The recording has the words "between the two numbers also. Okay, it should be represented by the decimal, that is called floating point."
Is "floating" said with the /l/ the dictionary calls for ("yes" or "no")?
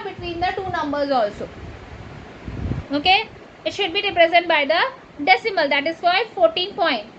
no